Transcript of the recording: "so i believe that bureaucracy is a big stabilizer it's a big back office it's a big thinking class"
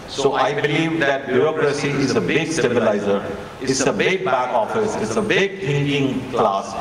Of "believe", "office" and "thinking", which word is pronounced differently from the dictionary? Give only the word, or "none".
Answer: thinking